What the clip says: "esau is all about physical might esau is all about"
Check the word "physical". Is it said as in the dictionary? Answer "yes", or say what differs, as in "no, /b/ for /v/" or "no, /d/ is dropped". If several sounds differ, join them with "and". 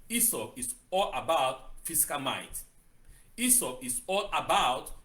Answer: no, /s/ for /z/